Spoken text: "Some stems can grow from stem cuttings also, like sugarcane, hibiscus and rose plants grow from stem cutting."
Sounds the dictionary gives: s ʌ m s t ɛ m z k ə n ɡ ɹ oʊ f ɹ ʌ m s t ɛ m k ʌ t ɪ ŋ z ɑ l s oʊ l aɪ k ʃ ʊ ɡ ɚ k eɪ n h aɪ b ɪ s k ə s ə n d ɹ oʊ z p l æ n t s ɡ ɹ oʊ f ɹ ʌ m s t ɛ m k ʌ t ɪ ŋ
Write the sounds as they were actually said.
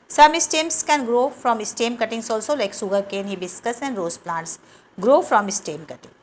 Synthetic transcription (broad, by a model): s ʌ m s t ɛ m s k ə n ɡ ɹ oʊ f ɹ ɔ m s t ɛ m k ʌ t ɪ ŋ s ɑ l s oʊ l aɪ k s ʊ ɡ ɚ k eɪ n h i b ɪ s k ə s ə n d ɹ oʊ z p l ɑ n t s ɡ ɹ oʊ f ɹ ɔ m s t ɛ m k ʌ t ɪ ŋ